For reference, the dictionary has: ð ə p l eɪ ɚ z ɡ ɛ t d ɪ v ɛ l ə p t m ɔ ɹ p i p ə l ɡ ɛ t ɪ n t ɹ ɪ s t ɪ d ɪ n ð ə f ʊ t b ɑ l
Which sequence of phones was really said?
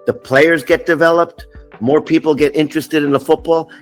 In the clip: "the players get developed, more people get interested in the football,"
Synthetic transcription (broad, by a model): ð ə p l eɪ ɚ z ɡ ɛ t d ɪ v ɛ l ə p t m ɔ ɹ p i p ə l ɡ ɛ t ɪ n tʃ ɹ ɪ s t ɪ d ɪ n ð ə f ʊ t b ɑ l